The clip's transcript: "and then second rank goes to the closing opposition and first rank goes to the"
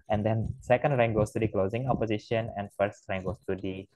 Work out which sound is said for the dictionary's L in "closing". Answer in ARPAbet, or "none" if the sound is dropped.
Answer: L